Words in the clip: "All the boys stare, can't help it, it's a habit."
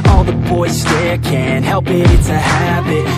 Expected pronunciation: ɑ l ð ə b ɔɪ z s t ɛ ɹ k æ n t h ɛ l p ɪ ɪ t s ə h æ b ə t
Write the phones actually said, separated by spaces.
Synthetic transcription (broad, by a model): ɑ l ð ə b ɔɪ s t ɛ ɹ k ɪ n h ɛ l p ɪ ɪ t ə h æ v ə t